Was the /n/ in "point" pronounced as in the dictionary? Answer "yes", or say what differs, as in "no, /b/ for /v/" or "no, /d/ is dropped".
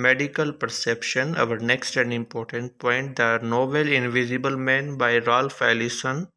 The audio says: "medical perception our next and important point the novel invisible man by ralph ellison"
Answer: yes